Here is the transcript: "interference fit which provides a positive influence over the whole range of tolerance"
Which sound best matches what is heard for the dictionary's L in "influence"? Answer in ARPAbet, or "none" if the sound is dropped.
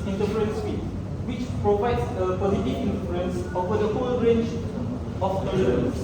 none